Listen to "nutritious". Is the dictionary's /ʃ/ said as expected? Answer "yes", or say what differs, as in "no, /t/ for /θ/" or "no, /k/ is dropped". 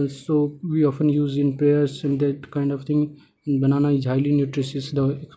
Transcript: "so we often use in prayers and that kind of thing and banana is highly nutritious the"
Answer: no, /s/ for /ʃ/